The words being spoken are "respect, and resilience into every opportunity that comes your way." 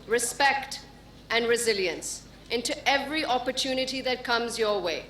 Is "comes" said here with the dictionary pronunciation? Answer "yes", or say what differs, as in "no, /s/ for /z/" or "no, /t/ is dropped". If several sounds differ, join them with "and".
yes